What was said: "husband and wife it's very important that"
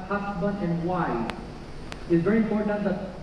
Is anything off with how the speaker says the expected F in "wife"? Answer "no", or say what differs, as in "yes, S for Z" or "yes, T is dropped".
yes, F is dropped